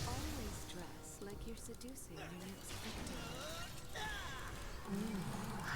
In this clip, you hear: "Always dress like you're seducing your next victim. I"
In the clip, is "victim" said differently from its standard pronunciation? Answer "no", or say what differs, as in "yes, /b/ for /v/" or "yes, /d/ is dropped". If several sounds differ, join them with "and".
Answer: yes, /p/ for /v/